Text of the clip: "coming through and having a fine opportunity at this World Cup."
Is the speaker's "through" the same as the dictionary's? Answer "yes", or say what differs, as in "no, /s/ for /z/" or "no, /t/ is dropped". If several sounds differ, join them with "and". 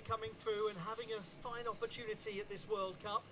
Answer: yes